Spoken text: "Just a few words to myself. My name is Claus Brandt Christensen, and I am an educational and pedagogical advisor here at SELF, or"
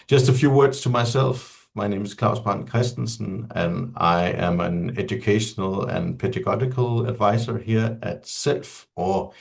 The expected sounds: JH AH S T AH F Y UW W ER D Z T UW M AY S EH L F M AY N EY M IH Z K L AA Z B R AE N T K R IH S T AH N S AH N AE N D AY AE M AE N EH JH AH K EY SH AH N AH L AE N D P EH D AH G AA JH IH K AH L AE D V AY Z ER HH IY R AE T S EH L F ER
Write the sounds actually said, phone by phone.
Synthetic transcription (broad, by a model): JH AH S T AH F Y UW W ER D S T UW M AY S EH L F M AY N EY M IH S K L AA S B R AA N K R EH S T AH N S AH N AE N AY AE M AE N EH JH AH K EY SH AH N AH L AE N P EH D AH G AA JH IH K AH L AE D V AY S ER HH IY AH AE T S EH L F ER